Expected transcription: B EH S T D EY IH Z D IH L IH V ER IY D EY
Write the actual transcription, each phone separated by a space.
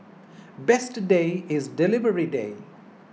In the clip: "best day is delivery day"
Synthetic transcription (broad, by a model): B EH S T D EY IH Z D IH L IH V ER IY D EY